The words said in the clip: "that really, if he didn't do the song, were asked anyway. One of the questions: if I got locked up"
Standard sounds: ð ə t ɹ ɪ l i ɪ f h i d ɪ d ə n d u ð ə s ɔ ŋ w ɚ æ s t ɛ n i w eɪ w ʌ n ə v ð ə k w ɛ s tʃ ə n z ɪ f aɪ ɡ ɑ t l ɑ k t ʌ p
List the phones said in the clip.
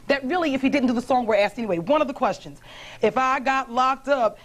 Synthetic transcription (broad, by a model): ð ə t ɹ ɪ l i ɪ f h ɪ d ɪ d n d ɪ ð ə s ɔ ŋ w ɚ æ s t ɛ n i w eɪ w ʌ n ə v ð ə k w ɛ s tʃ ə n z ɪ f aɪ ɡ ɑ t l ɑ k t ʌ p